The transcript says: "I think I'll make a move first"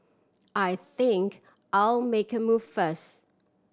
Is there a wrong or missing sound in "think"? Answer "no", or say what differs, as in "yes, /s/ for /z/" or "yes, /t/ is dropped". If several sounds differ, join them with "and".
no